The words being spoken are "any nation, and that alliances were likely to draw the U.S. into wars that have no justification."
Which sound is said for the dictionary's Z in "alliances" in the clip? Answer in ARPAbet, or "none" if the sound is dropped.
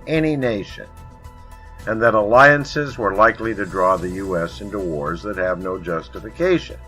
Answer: Z